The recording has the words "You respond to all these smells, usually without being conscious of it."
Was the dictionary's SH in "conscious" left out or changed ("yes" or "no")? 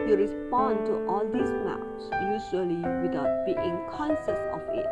yes